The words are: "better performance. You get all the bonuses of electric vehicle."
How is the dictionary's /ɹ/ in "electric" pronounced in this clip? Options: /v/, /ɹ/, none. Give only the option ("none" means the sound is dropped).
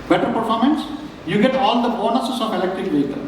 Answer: none